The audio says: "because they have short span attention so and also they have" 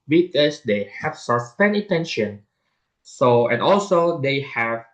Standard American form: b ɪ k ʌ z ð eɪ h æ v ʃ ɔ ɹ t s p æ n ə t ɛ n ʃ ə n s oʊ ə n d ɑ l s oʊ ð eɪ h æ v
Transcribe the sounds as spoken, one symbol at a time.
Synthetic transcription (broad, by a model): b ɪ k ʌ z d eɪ h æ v s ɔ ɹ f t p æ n ə t ɛ n ʃ ə n s oʊ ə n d ɑ l s oʊ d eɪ h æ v